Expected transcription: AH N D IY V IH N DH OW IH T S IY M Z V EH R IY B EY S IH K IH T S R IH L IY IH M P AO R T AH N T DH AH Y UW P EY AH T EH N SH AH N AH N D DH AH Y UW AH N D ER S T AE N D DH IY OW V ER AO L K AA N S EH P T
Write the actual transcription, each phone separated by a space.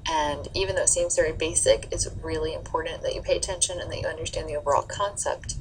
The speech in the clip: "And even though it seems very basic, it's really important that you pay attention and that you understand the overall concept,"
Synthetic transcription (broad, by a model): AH N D IY V IH N DH OW IH T S IY M Z V EH R IY B EY S IH K IH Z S R IH L IY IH M P AO R T N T DH AH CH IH P EY AH T EH N SH AH N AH N DH AH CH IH AH N D ER S T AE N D DH IY OW V ER AO L K AA N S EH P T